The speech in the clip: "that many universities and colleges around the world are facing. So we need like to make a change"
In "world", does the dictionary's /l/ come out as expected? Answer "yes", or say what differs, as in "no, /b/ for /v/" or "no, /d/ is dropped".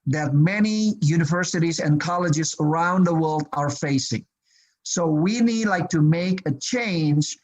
yes